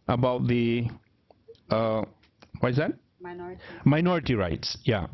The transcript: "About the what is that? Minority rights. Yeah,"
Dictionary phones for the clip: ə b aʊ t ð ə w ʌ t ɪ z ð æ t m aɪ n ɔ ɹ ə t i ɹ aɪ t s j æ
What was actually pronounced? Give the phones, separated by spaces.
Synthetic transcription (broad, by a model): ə b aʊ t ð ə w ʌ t ɪ z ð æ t m aɪ n ɔ ɹ ə t i ɹ aɪ t s j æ